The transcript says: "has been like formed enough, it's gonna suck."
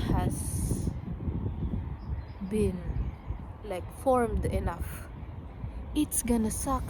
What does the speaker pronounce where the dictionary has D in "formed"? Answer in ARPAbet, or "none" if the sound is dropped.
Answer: D